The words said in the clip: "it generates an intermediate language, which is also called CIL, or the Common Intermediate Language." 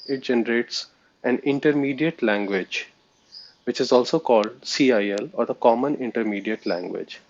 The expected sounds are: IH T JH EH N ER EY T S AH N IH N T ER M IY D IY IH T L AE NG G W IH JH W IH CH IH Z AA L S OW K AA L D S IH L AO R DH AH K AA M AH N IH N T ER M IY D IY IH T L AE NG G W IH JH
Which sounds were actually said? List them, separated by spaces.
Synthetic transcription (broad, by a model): IH T JH EH N ER EY T S AH N IH N T ER M IY D IY IH T L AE NG G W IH JH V IH CH IH Z AA L S OW K AA L D S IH L AO R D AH K AA M AH N IH N T ER M IY D IY IH T L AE NG G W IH JH